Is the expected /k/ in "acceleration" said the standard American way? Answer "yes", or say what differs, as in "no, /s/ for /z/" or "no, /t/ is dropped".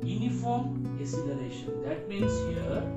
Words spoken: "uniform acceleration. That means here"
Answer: no, /k/ is dropped